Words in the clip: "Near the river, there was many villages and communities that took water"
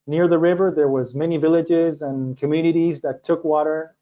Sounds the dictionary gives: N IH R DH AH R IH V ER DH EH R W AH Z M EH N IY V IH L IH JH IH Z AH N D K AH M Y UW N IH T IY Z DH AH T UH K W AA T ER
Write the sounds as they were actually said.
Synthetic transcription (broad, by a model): N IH R DH AH R IH V ER DH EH R W AH Z M EH N IY V IH L IH JH IH Z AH N K AH M Y UW N IH T IY Z DH AH T UH K W AA T ER